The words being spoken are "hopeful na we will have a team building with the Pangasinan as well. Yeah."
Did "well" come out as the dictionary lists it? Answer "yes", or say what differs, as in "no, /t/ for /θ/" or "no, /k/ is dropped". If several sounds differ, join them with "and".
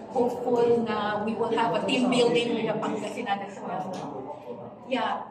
no, /n/ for /l/